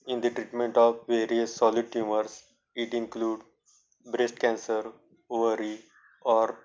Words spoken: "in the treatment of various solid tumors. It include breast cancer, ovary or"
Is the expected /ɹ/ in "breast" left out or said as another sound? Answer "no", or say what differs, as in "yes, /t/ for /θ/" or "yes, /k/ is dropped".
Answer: no